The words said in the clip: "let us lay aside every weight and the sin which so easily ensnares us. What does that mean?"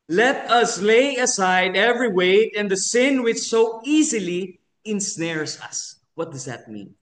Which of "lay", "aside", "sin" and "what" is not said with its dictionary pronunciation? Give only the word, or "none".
none